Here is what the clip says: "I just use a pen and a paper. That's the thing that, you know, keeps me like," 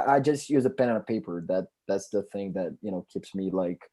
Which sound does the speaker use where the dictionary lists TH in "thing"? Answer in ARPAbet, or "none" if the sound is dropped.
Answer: TH